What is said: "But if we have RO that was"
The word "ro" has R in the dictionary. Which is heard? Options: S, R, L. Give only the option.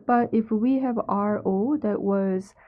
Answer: R